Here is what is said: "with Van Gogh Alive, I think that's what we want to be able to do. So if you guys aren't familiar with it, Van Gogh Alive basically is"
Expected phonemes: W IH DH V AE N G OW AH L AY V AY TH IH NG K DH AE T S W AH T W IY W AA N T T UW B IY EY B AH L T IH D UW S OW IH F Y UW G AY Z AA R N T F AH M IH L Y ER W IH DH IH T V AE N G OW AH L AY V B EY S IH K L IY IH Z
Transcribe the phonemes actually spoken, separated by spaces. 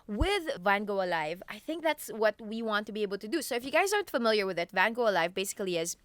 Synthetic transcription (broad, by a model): W IH DH V AE N G OW AH L AY V AY TH IH NG K DH AE T S W AH T W IY W AA N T T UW B IY EY B L T IH D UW S OW IH F Y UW G AY Z AA R N T F AH M IH L Y ER W IH DH IH T V AE N G OW AH L AY V B EY S IH K L IY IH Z